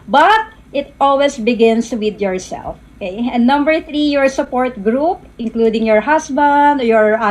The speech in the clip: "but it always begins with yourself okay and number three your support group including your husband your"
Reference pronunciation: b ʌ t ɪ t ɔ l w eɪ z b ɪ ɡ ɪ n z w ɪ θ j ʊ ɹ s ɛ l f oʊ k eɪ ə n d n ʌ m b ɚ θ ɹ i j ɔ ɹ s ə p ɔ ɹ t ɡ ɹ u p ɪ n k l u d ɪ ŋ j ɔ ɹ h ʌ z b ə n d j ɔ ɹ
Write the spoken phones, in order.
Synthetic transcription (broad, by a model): b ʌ t ɪ t ɔ l w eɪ s b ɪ ɡ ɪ n s w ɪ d j ʊ ɹ s ɛ l f oʊ k eɪ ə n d n ʌ m b ɚ θ ɹ i j ɔ ɹ s ə p ɔ ɹ t ɡ ɹ u p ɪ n k l u d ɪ ŋ j ɔ ɹ h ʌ s b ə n d j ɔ ɹ